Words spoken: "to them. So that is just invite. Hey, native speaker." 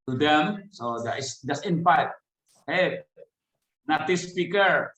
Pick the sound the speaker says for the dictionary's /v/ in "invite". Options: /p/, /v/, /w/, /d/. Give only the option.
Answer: /p/